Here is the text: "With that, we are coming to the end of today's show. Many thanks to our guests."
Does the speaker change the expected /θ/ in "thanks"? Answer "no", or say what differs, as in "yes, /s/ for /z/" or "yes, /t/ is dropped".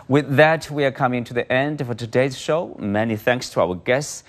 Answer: no